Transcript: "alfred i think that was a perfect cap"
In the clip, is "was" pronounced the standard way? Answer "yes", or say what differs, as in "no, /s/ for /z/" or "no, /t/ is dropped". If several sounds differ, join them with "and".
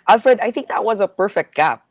yes